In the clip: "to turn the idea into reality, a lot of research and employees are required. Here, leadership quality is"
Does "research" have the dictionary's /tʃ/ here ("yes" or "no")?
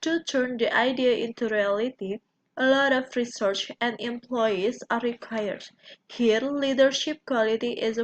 yes